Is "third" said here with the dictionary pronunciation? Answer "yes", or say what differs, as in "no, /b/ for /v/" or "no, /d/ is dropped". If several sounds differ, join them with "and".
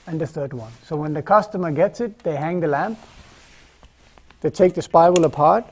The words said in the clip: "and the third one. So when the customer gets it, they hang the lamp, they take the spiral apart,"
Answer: yes